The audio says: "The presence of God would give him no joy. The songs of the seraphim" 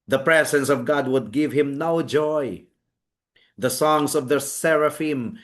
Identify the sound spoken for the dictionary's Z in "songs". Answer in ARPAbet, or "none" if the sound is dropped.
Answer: S